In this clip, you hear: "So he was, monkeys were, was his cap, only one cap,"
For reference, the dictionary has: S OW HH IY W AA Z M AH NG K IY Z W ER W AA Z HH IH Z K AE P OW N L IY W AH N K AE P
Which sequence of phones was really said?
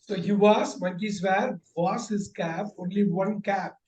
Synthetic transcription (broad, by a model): S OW HH IY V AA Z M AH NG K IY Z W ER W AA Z HH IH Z K AE P OW N L IY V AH N K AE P